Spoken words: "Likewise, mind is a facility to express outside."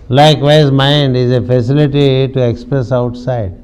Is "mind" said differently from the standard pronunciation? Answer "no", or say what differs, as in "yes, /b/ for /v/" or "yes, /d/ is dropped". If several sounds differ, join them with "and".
no